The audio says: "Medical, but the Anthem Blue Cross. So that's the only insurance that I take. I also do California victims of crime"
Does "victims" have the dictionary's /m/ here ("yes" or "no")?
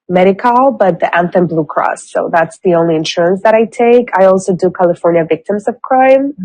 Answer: yes